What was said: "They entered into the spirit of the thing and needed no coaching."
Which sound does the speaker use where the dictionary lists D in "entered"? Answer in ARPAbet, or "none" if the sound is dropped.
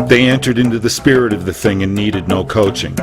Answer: D